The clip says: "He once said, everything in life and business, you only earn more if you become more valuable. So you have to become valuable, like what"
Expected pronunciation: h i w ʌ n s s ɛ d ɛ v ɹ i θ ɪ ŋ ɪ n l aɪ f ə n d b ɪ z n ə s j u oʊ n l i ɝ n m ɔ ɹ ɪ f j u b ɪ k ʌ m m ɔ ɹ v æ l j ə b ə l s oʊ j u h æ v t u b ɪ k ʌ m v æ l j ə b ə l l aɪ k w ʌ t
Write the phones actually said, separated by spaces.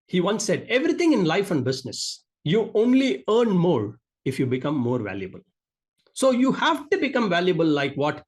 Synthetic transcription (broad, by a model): h i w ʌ n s s ɛ d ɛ v ɹ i t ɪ ŋ ɪ n l aɪ f ə n d b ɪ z n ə s j u oʊ n l i ɝ n m ɔ ɹ ɪ f j u b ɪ k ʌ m m ɔ ɹ v æ l j ə b ə l s oʊ j u h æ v t u b ɪ k ʌ m v æ l j ə b ə l l aɪ k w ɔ t